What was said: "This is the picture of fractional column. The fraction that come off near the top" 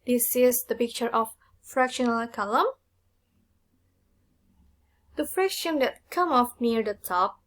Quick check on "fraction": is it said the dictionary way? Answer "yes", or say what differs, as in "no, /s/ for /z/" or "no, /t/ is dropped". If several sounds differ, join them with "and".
yes